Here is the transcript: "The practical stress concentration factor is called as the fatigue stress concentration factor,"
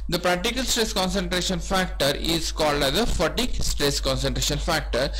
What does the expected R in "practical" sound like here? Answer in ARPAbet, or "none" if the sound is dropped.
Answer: R